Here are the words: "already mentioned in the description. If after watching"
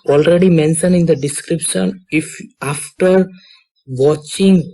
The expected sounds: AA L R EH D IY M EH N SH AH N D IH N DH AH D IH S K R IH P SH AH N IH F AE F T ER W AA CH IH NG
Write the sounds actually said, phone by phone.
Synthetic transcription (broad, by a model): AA L R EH D IY M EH N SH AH N IH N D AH D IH S K R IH P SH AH N IH F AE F T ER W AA CH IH NG